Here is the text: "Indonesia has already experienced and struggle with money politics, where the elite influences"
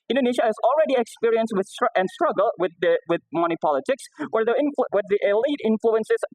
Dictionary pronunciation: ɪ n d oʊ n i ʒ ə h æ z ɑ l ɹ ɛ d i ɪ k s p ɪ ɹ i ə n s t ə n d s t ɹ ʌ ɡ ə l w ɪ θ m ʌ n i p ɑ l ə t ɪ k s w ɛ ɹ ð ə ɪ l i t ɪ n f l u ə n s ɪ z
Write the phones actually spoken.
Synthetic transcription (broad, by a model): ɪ n d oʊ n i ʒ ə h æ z ɑ l ɹ ɛ d i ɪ k s p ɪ ɹ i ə n s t ə n d s t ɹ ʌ ɡ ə l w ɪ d m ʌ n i p ɑ l ə t ɪ k s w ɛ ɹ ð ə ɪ l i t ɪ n f l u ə n s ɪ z